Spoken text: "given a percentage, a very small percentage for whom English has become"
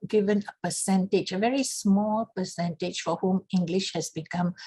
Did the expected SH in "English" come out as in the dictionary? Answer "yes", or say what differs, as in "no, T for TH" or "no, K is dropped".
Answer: yes